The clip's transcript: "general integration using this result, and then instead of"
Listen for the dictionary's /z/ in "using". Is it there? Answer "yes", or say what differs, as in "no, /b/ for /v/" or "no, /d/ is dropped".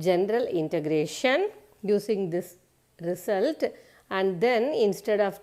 no, /s/ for /z/